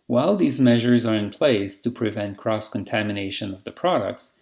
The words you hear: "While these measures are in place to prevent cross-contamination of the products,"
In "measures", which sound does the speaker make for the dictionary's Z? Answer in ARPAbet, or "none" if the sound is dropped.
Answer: Z